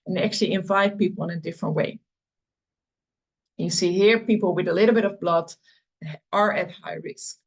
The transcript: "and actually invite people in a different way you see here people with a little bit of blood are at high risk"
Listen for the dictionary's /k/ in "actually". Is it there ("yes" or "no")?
yes